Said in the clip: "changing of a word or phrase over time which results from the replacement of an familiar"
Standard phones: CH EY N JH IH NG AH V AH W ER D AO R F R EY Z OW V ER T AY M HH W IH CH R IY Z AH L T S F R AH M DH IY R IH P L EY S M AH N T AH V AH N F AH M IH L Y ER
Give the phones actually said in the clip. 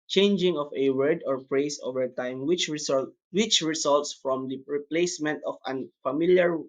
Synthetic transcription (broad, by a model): CH EY N JH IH NG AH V AH W ER D AO R P R EY S OW V ER T AY M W W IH CH R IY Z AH L T S F R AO M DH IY R IH P L EY S M AH N T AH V AH N F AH M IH L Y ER